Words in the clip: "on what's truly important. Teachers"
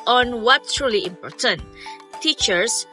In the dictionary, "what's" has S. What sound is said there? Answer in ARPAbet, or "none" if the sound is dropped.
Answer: none